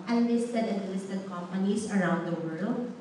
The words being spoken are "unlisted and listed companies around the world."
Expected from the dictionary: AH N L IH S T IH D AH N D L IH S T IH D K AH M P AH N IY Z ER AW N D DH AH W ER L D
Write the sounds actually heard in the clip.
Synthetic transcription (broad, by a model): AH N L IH S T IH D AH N L IH S T IH D K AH M P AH N IY S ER AW N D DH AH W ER L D